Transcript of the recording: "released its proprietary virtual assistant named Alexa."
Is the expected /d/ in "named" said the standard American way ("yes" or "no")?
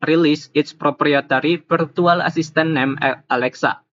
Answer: no